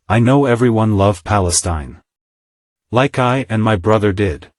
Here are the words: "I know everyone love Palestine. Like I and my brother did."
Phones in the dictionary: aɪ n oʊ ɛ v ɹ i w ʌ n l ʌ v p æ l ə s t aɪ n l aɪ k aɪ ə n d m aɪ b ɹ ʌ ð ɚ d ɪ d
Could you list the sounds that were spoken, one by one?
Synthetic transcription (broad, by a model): aɪ n oʊ ɛ v ɹ i w ʌ n l ʌ v p æ l ə s t aɪ n l aɪ k aɪ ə n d m aɪ b ɹ ʌ ð ɚ d ɪ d